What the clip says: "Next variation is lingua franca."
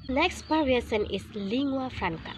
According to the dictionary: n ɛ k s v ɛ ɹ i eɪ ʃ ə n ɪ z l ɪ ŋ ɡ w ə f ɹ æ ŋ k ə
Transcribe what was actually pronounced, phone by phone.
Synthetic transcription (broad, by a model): n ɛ k s p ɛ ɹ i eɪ s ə n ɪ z l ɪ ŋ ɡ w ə f ɹ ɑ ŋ k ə